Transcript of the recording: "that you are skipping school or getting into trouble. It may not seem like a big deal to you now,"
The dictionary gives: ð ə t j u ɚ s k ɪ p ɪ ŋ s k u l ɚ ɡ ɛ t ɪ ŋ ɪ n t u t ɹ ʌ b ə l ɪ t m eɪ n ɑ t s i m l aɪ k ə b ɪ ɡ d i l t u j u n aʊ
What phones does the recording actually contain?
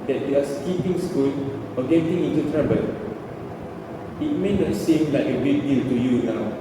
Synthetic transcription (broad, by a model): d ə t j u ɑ s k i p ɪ ŋ s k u n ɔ ɡ ɛ t ɪ ŋ ɪ n t u t ɹ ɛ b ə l ɪ t m eɪ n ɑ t s i m l aɪ k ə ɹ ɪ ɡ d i l t u j u n aʊ